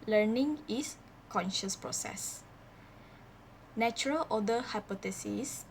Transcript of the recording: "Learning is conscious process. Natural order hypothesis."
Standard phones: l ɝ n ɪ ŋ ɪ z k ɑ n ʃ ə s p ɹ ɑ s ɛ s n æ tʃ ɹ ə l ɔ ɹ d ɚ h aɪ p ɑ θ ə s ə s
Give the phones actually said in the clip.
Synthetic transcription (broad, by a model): l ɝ n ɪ ŋ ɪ s k ɑ n ʃ ə s p ɹ ɑ s ɛ s n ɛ tʃ ɹ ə l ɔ d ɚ h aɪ p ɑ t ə s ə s